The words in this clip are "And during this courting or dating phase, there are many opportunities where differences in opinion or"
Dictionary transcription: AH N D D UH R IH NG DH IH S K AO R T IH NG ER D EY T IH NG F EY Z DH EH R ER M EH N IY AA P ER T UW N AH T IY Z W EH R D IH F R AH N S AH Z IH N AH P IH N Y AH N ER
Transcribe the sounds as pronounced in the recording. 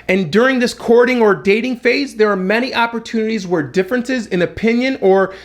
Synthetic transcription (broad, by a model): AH N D D UH R IH NG DH IH S K AO R T IH NG ER D EY T IH NG F EY Z DH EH R M EH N IY AA P ER T UW N AH T IY Z W EH R D IH F R AH N S AH Z IH N AH P IH N Y AH N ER